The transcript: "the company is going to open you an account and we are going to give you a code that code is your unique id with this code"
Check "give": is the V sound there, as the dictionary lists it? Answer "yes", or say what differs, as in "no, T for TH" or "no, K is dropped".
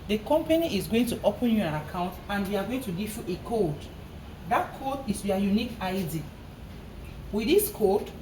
no, F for V